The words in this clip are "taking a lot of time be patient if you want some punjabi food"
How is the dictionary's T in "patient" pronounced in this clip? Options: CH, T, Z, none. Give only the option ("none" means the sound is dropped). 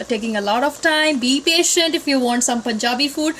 T